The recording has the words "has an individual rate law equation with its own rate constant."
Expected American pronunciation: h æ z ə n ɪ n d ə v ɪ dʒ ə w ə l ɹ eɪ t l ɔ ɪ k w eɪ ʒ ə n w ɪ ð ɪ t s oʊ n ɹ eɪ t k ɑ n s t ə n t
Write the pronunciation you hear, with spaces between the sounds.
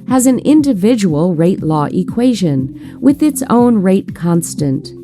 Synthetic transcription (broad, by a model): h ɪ z ə n ɪ n d ə v ɪ dʒ ə w ə l ɹ eɪ t l ɔ ɪ k w eɪ ʒ ə n w ɪ ð ɪ t s oʊ n ɹ eɪ t k ɑ n s t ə n t